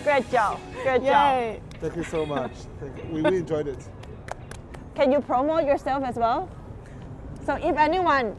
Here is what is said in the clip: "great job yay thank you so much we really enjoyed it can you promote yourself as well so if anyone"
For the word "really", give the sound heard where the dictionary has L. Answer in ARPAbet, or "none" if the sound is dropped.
W